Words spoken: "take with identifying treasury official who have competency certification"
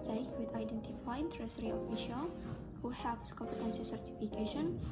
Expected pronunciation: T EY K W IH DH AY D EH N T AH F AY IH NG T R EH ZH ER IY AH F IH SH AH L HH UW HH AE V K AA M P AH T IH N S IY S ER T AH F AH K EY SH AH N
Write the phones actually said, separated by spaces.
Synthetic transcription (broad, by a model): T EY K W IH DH AY D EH N T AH F AY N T R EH S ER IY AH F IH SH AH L HH UW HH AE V K AA M P AH T IH N S IY S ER T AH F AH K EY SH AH N